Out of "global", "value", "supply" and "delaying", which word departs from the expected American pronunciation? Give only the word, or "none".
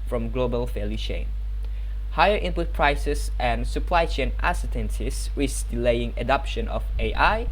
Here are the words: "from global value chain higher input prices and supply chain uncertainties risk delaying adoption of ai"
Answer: value